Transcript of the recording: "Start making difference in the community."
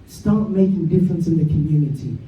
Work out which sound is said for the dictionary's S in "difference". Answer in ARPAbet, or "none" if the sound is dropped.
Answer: S